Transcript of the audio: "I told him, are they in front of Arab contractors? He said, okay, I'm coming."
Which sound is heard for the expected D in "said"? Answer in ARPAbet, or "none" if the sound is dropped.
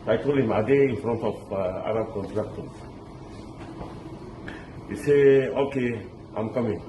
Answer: none